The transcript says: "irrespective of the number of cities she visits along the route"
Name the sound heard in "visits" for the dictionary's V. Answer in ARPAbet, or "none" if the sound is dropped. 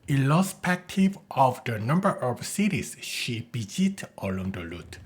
B